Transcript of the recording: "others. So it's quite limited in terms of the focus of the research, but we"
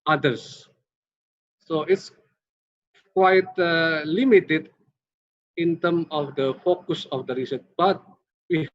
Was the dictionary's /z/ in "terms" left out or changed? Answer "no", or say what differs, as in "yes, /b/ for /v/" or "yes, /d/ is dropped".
yes, /z/ is dropped